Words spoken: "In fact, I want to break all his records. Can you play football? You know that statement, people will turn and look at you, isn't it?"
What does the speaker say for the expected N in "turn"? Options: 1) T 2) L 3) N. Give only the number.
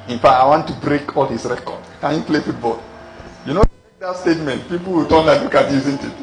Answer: 2